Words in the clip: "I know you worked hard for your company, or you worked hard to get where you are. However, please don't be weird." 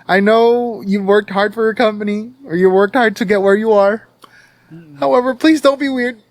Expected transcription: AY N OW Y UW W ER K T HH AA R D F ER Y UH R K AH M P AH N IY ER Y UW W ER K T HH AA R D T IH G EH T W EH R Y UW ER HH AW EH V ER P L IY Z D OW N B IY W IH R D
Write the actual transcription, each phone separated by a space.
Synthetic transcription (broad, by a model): AY N OW Y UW W ER K T HH AA R D F ER Y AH R K AH M P AH N IY ER Y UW W ER K T HH AA R D T IH G EH T W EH R Y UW ER HH AW EH V ER P L IY Z D OW N B IY W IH R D